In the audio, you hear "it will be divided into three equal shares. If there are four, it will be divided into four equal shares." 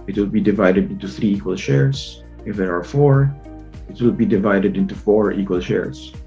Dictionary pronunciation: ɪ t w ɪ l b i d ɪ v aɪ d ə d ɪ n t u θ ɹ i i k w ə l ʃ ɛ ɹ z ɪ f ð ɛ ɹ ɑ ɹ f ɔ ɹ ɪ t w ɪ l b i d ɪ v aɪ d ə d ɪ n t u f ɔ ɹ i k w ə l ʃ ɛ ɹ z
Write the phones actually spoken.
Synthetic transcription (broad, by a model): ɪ t w ɪ l b i d ɪ v aɪ d ə d ɪ n t u θ ɹ i i k w ə l ʃ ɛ ɹ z ɪ f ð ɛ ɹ ɑ ɹ f ɔ ɹ ɪ t w ɪ l b i d ɪ v aɪ d ə d ɪ n t u f ɔ ɹ i k w ə l ʃ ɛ ɹ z